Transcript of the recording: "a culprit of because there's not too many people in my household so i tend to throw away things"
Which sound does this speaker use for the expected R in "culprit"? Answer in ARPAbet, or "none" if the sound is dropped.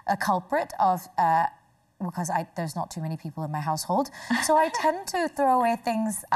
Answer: R